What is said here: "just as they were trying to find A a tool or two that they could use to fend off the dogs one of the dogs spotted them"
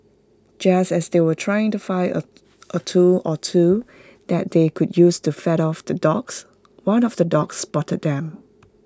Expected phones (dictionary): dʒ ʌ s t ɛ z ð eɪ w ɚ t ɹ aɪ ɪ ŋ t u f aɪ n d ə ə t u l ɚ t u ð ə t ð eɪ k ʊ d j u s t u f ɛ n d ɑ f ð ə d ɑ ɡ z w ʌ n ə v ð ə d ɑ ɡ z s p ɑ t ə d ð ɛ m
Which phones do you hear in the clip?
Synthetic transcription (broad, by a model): dʒ ʌ s t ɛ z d eɪ w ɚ t ɹ aɪ ɪ ŋ t u f aɪ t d ə ə t u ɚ t u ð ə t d eɪ k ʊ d j u s t u f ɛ d ɑ f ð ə d ɑ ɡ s w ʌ n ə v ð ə d ɑ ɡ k s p ɑ t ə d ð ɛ m